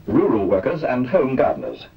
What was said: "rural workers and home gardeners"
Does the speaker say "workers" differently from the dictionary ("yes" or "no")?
no